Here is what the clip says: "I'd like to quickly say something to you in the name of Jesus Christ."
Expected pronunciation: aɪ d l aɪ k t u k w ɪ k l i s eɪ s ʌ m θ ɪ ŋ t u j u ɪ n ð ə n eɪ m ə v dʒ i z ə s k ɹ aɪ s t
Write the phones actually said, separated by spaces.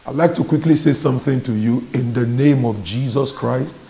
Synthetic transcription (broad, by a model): aɪ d l aɪ k t u k w ɪ k l i s eɪ s ʌ m θ ɪ ŋ t u j u ɪ n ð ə n eɪ m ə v dʒ i z ə s k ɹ aɪ s t